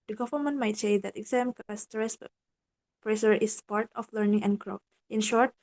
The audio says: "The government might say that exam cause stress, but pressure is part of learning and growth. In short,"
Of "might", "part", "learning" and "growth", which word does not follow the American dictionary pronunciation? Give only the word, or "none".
growth